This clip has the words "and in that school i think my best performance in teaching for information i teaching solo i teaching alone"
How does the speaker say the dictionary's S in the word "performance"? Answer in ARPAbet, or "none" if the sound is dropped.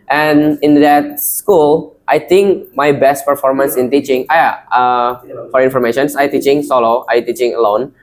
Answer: S